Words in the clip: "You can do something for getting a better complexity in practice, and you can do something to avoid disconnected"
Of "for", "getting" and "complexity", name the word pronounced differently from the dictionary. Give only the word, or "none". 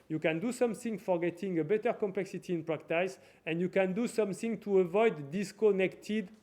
none